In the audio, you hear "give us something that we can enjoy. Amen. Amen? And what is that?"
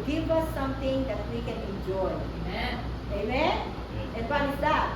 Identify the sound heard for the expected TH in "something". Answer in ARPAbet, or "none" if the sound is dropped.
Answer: T